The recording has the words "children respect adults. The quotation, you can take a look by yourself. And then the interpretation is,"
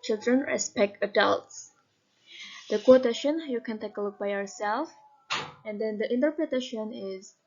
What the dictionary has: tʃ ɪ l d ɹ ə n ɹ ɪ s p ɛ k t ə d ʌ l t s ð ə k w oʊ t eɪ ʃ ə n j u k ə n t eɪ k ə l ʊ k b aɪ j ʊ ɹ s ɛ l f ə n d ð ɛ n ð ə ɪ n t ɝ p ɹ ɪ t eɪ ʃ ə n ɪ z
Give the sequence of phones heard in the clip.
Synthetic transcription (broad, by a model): tʃ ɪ l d ɹ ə n ɹ ɪ s p ɛ k t ə d ʌ l t s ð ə k w oʊ t eɪ ʃ ə n j u k ə n t eɪ k ə l ʊ k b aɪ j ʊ ɹ s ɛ l f ə n d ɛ n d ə ɪ n t ɝ p ɹ ɪ t eɪ ʃ ə n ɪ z